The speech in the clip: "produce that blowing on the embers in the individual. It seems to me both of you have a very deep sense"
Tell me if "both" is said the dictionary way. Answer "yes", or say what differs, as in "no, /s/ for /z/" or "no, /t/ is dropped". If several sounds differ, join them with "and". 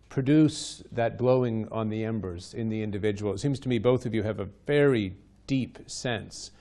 yes